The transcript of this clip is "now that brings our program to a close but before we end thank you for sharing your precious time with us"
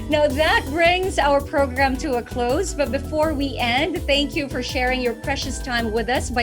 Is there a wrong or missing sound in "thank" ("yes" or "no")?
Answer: no